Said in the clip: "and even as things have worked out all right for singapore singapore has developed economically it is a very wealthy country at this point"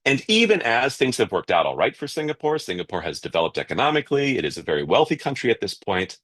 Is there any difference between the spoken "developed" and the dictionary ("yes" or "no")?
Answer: no